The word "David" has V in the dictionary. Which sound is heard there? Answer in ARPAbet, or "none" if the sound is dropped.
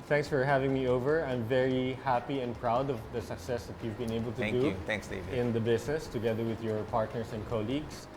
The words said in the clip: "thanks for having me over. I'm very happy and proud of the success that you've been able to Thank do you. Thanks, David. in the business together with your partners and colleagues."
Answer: none